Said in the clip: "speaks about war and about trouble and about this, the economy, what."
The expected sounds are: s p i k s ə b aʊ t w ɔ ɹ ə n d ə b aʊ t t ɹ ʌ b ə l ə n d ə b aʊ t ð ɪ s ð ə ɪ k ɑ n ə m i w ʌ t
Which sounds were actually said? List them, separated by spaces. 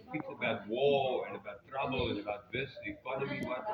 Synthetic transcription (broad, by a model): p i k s ə b aʊ t w ɔ l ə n ə b aʊ t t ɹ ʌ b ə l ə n ə b aʊ t ð ɪ s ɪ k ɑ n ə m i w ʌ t